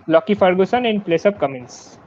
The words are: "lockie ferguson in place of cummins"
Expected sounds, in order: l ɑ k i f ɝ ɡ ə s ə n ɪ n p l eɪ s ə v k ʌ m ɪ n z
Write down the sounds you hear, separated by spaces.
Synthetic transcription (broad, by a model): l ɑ k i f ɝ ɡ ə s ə n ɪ n p l eɪ s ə p k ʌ m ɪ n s